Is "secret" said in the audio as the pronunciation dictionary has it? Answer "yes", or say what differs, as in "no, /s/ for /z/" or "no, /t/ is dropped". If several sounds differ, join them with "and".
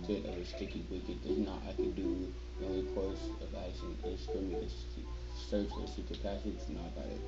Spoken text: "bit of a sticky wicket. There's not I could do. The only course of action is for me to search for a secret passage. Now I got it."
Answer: no, /ɹ/ is dropped